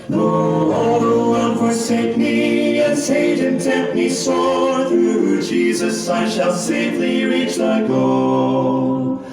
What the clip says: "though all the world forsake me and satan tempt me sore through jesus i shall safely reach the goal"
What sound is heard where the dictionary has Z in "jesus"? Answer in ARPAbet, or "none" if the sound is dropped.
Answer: Z